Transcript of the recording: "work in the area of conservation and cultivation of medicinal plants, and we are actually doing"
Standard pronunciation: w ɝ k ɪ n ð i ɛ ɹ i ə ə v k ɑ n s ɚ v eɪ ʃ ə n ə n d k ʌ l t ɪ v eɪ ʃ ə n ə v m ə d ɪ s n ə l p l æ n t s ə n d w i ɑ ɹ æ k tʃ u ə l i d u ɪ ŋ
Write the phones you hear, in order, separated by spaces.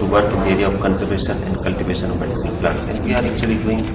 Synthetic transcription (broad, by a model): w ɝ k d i ɛ ɹ i ə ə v k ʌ n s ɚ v eɪ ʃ ə n ə n d k ʌ l t ɪ v eɪ ʃ ə n ə v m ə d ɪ s ə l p l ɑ t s ə n d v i ɑ ɹ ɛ k tʃ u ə l i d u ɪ ŋ